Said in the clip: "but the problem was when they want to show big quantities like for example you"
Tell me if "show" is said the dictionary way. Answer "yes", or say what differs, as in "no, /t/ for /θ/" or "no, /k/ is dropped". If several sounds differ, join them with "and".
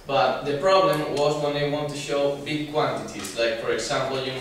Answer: yes